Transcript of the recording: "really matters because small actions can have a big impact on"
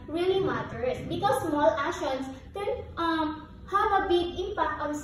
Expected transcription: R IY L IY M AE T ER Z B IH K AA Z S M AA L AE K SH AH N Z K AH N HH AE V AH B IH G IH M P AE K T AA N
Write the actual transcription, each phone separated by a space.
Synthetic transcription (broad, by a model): R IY L IY M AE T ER S B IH K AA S M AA L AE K SH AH N S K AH N HH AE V AH B IH G IH M P AE K T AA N